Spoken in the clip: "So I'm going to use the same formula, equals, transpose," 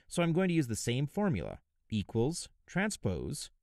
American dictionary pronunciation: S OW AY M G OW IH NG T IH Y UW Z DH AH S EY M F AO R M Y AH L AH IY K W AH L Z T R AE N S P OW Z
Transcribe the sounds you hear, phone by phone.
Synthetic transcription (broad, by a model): S OW AY M G OW IH NG T IH Y UW Z DH AH S EY M F AO R M Y AH L AH IY K W AH L Z T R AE N S P OW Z